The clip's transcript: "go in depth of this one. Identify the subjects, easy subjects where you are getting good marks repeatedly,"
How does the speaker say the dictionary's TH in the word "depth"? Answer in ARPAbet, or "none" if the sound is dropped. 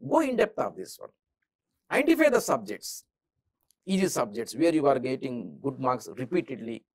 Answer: T